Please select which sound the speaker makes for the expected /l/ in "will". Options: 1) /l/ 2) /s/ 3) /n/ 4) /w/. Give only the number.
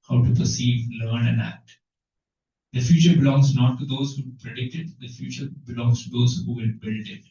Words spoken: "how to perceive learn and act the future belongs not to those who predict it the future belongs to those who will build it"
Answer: 3